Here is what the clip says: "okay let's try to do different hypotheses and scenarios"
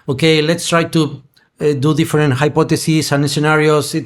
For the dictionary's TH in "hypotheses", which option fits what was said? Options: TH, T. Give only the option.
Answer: T